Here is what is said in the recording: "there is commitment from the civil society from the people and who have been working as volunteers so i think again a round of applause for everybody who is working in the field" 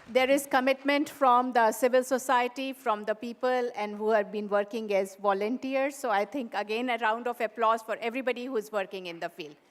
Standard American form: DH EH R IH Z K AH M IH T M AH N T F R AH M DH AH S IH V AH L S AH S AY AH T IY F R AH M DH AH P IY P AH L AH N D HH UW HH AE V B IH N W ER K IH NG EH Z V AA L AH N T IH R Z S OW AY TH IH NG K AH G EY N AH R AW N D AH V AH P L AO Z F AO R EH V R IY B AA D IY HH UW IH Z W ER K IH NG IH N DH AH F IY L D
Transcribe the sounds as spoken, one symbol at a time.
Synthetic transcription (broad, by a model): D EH R IH Z K AH M IH T M AH N T F R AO M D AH S IH V AH L S AH S AY AH T IY F R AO M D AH P IY P AH L AH N D HH UW HH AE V B IH N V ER K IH NG EH Z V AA L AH N T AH R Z S OW AY T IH NG K AH G EY N AH R AW N D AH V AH P L AO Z F AO R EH V R IY B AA D IY HH UW IH Z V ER K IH NG IH N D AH F IY L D